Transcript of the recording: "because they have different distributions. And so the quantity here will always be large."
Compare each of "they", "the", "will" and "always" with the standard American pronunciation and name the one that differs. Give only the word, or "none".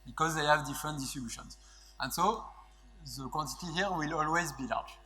none